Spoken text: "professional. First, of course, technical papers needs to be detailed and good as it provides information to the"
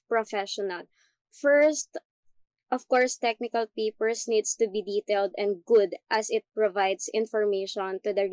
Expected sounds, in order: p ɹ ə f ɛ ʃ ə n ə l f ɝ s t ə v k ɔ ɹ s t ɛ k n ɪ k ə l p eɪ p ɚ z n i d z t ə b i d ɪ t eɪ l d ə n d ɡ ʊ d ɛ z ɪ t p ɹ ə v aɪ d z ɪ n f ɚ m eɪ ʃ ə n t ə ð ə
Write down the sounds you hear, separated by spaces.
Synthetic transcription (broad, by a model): p ɹ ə f ɛ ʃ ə n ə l f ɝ s t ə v k ɔ ɹ s t ɛ k n ɪ k ə l p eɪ p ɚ s n i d s t ə b i d ɪ t eɪ l d ə n d ɡ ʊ d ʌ s ɪ t p ɹ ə v aɪ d s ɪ n f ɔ m eɪ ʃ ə n t ə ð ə